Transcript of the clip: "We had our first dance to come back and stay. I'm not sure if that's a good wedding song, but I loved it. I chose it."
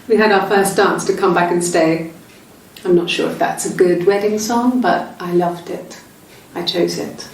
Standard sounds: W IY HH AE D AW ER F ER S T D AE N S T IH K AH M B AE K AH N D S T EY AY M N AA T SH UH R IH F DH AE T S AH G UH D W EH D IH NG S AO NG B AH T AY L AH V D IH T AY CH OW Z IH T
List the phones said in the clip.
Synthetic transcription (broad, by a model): W IY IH D AW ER F ER S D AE N S T IH K AH M B AE K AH N S T EY AY M N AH T SH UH R IH F DH AE T S AH G UH D W EH D IH NG S AO NG B AH T AY L AH V D IH T AY CH OW Z IH T